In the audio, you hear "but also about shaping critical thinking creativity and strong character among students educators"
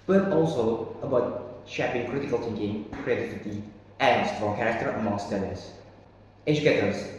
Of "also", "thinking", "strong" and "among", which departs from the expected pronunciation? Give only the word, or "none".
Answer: thinking